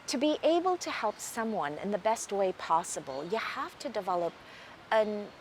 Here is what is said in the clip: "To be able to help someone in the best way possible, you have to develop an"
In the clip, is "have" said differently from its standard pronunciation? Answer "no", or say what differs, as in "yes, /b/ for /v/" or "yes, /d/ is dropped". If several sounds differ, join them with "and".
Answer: yes, /f/ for /v/